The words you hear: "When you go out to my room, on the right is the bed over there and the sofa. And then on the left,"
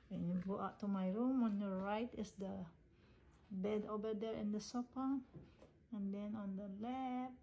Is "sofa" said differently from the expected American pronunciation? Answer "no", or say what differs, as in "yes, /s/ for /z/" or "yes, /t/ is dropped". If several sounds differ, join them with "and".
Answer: yes, /p/ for /f/